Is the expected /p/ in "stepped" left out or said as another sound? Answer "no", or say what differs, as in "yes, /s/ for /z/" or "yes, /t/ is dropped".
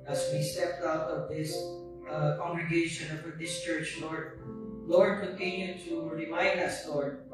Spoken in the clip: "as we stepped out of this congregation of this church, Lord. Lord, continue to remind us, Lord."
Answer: no